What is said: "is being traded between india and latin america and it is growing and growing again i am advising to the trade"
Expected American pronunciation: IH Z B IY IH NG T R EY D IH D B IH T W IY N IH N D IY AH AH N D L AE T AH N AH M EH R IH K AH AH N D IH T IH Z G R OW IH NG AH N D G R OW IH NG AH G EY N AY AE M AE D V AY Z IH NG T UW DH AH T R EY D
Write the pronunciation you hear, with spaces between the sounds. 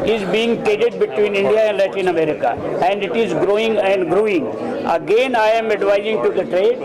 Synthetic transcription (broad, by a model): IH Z B IY IH NG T EY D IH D B IH T W IY N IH N D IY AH AH N D L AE T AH N AH M EH R IH K AH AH N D IH T IH Z G R OW IH NG AH N D G R OW IH NG AH G EY N AY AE M AE D V AY Z IH NG T UW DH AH T R EY D